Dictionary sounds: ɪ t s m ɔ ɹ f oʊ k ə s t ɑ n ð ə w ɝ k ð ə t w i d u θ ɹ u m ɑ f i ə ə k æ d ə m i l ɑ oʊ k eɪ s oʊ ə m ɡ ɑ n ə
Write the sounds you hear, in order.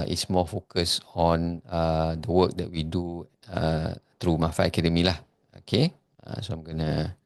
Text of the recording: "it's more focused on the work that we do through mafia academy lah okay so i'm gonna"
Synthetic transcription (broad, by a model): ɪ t s m ɔ f oʊ k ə s ɑ n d ə w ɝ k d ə t w i d u t ɹ u m ɑ f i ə k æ d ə m i l ɑ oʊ k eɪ s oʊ ə m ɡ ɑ n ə